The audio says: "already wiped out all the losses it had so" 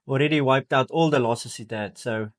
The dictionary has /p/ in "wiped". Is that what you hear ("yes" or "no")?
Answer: yes